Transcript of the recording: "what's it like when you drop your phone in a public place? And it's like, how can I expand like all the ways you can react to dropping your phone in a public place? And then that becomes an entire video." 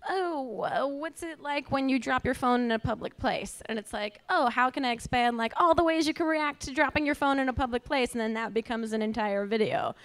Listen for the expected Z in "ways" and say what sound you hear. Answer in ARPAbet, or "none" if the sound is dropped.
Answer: Z